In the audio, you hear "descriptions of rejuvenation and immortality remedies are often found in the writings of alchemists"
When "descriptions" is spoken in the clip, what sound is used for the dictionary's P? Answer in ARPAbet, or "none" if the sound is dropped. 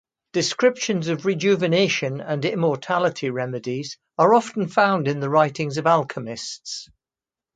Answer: P